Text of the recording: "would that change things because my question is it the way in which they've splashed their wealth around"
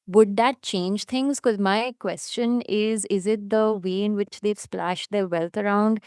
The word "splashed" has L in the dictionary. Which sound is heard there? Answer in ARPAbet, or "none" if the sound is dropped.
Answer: L